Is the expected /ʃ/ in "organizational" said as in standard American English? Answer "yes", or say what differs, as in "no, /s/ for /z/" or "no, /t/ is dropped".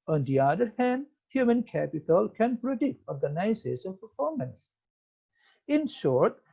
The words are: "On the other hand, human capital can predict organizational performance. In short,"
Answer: no, /s/ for /ʃ/